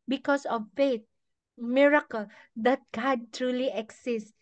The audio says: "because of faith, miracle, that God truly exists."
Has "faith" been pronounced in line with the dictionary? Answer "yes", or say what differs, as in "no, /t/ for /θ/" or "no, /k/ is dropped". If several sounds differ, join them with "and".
no, /t/ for /θ/